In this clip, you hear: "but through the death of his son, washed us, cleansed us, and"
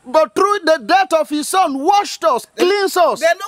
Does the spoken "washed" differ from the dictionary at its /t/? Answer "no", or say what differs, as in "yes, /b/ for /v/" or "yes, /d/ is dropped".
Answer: no